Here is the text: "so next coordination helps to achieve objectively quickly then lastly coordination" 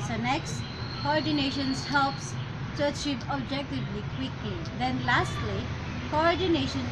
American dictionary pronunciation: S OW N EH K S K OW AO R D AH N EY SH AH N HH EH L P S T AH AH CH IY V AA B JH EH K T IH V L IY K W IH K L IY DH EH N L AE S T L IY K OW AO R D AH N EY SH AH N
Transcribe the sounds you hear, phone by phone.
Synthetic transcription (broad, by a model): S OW N EH K S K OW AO R D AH N EY SH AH N HH EH L P S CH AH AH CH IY P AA B JH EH K T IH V L IY K W IH K L IY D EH N L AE S T L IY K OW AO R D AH N EY SH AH N